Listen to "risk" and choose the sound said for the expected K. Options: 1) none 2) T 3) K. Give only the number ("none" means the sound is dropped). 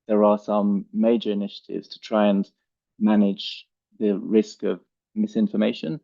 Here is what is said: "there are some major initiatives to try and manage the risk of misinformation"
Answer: 3